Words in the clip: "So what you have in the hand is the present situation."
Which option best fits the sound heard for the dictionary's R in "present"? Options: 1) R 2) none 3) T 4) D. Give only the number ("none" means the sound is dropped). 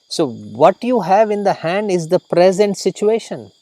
1